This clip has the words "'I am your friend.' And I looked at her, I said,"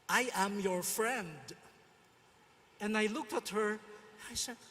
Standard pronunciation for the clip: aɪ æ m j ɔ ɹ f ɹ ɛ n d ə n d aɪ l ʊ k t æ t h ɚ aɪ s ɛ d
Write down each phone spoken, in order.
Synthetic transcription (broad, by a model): aɪ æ m j ɔ ɹ f ɹ ɛ n d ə n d aɪ l ʊ k t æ t h ɚ aɪ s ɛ